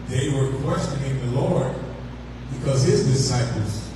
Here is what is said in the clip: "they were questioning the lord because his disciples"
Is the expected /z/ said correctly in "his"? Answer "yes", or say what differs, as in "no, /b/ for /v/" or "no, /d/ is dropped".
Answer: yes